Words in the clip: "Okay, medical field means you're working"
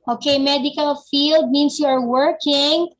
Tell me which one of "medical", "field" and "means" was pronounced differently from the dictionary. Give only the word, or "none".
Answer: means